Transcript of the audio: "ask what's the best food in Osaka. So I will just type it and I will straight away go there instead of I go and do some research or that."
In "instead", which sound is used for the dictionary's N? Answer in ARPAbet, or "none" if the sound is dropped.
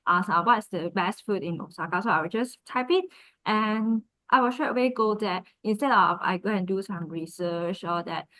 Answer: N